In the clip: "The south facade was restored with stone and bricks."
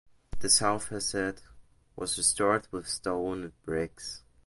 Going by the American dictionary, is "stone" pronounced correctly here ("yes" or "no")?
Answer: no